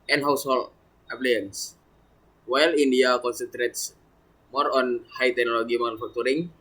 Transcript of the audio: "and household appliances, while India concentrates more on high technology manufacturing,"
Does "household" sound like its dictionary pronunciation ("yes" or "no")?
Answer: no